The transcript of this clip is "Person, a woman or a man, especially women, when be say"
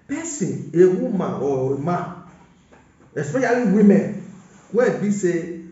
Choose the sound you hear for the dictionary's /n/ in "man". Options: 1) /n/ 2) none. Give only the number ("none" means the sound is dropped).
2